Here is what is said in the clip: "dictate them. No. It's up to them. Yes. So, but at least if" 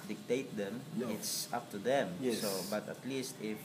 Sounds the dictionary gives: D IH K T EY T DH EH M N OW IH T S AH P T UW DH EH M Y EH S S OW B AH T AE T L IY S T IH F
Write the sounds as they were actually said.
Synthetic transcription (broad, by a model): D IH K T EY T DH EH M IH T S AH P T UW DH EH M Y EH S S OW B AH T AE T L IY S T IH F